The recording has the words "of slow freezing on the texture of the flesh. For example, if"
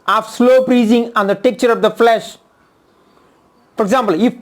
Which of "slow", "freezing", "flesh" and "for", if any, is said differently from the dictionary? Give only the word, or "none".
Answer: freezing